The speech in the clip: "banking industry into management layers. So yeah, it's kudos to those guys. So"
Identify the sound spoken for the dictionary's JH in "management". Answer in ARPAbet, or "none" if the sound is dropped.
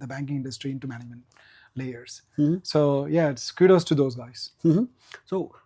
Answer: none